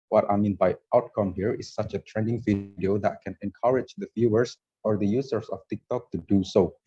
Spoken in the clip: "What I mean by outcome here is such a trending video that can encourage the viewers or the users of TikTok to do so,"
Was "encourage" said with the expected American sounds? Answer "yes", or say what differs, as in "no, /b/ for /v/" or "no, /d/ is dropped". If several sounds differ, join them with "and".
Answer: yes